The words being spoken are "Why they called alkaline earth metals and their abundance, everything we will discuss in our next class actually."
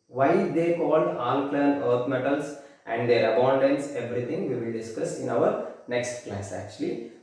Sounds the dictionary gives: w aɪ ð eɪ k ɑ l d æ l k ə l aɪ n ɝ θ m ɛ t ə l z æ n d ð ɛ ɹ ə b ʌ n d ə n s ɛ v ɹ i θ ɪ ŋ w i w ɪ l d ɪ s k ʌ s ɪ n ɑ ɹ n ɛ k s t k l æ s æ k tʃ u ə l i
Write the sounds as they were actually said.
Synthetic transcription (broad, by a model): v aɪ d eɪ k ɑ l d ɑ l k l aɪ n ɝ t m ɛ t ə l s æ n d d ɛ ɹ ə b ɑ n d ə n s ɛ v ɹ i t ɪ ŋ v i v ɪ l d ɪ s k ʌ s ɪ n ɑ ɹ n ɛ k s t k l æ s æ k tʃ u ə l i